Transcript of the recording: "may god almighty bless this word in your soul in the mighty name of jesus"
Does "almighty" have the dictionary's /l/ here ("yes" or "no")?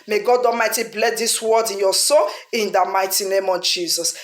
no